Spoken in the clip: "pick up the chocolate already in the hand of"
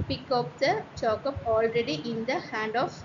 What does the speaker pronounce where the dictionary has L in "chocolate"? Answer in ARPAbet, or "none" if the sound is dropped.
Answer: none